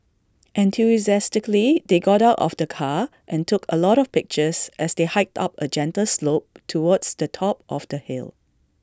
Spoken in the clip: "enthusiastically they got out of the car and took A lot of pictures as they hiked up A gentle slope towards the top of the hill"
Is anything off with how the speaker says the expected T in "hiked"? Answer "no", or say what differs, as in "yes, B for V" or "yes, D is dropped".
no